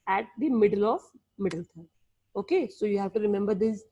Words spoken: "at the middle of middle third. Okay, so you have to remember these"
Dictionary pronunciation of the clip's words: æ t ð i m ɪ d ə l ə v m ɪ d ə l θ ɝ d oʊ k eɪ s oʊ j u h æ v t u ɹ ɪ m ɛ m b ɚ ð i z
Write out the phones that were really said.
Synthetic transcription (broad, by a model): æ t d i m ɪ d ə l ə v m ɪ d ə l t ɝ oʊ k eɪ s oʊ j u h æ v t u ɹ ɪ m ɛ m b ɚ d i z